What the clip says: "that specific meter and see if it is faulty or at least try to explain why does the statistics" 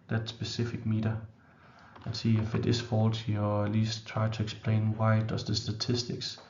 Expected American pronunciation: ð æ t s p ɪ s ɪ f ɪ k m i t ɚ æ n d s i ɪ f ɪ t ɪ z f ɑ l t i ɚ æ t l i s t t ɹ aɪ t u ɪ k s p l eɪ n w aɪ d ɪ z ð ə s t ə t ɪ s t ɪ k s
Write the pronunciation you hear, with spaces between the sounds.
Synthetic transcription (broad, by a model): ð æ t s b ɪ s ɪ f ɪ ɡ m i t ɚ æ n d s i ɪ f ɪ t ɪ s f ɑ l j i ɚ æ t l i s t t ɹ aɪ s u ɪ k s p l eɪ n w aɪ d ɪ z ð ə s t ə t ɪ s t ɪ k s